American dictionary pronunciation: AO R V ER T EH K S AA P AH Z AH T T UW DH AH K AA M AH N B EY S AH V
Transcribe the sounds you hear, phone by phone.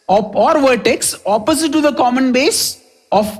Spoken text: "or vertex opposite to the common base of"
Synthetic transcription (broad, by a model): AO R V ER T EH K S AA P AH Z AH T T UW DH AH K AA M AH N B EY S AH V